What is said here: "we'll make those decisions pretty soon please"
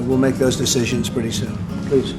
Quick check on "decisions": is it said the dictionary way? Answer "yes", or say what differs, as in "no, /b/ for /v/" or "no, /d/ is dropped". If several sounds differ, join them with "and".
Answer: yes